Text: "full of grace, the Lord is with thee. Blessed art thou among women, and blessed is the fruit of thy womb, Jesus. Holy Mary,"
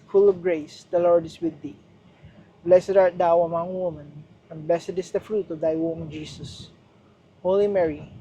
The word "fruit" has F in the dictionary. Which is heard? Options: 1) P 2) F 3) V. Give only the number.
2